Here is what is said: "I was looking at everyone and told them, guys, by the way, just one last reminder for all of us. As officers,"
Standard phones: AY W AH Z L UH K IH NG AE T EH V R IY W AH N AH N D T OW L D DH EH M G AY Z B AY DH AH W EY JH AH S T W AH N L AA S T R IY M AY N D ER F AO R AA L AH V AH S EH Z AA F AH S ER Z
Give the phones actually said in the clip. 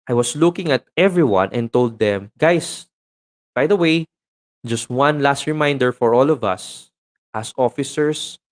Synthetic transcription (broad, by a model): AY W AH S L UH K IH NG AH T EH V R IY W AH N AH N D T OW L D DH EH M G AY S B AY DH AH W EY JH AH S T W AH N L AA S T R IY M AY N D ER F AO R AA L AH V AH S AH S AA F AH S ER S